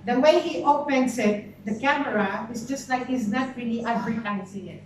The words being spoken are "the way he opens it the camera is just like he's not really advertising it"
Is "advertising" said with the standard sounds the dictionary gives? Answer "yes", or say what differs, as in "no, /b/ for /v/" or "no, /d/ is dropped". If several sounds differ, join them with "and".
no, /s/ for /z/